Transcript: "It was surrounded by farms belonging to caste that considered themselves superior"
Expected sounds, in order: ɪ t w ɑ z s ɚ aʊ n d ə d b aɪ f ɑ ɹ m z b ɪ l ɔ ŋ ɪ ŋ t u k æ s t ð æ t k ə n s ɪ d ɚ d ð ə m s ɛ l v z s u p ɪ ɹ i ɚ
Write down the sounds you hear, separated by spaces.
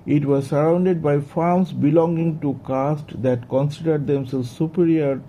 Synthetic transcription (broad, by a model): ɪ t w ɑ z s ɚ aʊ n d ə d b aɪ f ɑ ɹ m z b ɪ l ɔ ŋ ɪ ŋ t u k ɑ s t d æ t k ə n s ɪ d ɚ d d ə m s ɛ l z s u p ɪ ɹ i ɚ